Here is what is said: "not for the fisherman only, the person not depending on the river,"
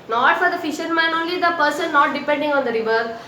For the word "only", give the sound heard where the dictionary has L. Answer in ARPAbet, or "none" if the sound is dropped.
L